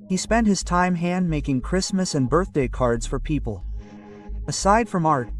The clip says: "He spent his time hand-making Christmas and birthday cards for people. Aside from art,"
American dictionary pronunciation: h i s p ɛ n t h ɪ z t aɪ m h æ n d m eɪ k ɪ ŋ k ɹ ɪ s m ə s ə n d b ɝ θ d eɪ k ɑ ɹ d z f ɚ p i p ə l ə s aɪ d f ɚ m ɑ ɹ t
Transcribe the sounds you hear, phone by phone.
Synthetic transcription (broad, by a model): h i s p ɛ n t h ɪ z t aɪ m h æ n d m eɪ k ɪ ŋ k ɹ ɪ s m ə s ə n b ɝ θ d eɪ k ɑ ɹ d z f ɚ p i p ə l ə s aɪ d f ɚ m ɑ ɹ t